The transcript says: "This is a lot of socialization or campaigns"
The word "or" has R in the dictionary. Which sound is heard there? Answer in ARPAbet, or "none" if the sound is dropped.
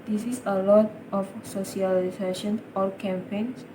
L